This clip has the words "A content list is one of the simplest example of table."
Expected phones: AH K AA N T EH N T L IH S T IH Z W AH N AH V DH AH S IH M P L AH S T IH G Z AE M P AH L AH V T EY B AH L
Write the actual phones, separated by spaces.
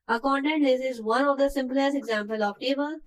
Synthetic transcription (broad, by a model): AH K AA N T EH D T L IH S IH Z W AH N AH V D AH S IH M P L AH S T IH G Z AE M P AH L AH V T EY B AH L